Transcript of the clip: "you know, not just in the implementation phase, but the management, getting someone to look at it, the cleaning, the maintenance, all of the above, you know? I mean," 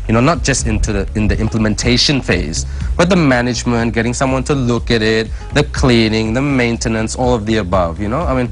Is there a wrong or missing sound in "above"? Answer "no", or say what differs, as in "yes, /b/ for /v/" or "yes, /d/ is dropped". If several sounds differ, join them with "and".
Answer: no